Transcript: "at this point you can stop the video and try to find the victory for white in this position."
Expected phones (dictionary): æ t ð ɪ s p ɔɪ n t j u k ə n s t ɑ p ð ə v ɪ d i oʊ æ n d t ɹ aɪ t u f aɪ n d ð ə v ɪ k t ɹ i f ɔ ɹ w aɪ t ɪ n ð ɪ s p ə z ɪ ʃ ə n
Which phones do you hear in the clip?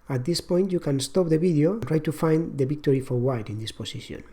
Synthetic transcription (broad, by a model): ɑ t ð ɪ s p ɔɪ n t j u k ə n s t ɑ p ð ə b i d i oʊ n t ɹ aɪ t u f aɪ n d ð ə b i k t ɹ i f ɔ ɹ w aɪ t ɪ n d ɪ s p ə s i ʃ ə n